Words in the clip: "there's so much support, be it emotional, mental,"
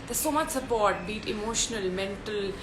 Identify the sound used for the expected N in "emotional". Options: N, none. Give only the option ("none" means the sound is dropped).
N